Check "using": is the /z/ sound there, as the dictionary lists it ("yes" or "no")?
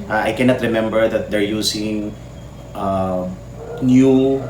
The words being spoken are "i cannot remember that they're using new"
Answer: no